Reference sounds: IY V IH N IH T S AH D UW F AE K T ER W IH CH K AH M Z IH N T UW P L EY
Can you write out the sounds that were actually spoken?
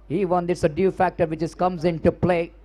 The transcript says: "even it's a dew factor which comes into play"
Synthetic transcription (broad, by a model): IY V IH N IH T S AH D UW F AE K T ER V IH S K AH M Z IH N T UW P L EY